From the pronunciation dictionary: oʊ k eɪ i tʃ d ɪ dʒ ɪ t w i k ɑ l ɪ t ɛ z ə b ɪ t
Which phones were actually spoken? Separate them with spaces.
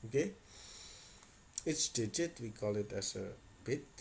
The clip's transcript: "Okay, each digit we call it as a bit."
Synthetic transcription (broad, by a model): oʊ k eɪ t s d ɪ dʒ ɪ t w i k ɑ l ɪ t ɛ s ə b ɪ t